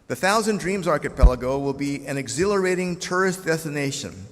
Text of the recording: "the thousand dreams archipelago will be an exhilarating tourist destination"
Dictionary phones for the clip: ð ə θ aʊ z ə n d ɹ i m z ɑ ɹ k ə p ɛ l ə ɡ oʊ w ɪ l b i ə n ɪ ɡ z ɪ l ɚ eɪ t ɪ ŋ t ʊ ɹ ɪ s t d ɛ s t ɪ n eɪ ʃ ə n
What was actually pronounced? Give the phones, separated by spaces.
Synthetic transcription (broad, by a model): ð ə θ aʊ z ə n d ɹ i m z ɑ ɹ k ə p ɛ l ə ɡ oʊ w ɪ l b i ə n ɪ ɡ z ɪ l ɚ eɪ t ɪ ŋ t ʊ ɹ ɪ s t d ɛ s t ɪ n eɪ ʃ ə n